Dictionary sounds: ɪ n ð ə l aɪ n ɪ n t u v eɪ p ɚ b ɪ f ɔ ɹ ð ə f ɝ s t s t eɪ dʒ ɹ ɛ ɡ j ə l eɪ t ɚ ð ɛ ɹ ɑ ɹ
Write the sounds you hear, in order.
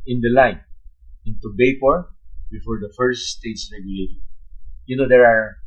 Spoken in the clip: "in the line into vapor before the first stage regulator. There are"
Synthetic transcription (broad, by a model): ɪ n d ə l aɪ n ɪ n t u b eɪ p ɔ b ɪ f ɔ ɹ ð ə f ɝ s t s t eɪ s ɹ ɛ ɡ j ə l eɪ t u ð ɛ ɹ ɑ ɹ